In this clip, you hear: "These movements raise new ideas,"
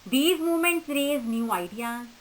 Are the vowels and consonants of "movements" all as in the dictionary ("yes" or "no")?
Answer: no